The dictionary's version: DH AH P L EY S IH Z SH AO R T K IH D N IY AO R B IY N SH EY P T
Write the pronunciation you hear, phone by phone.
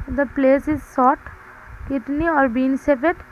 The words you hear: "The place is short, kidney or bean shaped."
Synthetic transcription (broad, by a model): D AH P L EY S IH Z S AO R T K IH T N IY AO R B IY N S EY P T